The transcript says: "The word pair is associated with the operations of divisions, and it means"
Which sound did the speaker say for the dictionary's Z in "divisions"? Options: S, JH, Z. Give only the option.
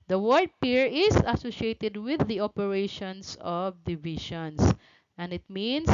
S